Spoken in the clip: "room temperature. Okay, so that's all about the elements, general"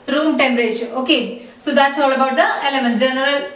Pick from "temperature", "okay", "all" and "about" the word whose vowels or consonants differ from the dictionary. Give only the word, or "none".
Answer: temperature